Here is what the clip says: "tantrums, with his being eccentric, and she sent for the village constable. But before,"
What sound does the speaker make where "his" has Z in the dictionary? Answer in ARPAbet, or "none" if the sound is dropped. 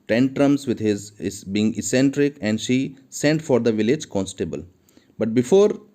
Z